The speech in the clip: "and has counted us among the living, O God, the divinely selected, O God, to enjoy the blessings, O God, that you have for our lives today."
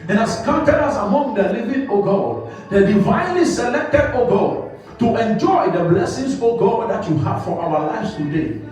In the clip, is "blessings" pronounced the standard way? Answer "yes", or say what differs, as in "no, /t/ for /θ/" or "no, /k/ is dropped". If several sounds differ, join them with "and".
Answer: no, /s/ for /z/